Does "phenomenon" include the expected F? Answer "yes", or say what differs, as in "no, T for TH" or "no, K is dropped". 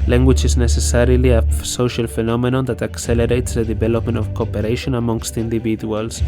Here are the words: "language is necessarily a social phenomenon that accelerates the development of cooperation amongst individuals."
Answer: yes